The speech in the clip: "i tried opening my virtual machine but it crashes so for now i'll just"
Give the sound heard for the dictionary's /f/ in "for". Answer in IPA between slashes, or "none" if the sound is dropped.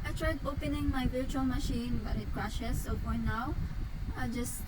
/p/